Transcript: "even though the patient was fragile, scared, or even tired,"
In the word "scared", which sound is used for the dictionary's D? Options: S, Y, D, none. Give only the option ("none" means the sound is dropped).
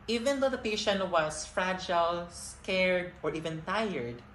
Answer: D